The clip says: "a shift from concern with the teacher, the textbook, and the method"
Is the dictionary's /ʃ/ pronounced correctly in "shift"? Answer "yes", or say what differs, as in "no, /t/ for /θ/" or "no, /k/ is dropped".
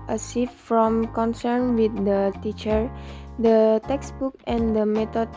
no, /s/ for /ʃ/